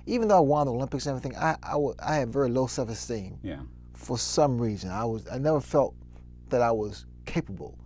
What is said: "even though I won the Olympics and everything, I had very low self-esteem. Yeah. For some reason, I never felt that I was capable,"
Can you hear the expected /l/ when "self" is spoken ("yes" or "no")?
no